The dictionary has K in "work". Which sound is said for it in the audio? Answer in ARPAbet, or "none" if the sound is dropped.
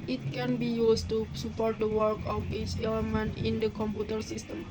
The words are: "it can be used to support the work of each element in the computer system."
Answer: K